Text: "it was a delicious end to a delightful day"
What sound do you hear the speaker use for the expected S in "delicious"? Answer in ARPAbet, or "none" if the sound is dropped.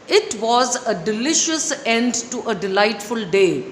S